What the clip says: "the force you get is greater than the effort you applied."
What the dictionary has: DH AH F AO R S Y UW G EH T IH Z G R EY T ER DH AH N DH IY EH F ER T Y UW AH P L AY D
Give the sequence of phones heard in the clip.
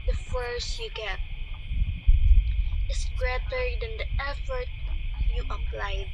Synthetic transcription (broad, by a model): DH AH F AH R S Y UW G EH T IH S G R EY T ER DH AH N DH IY EH F ER T Y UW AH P L AY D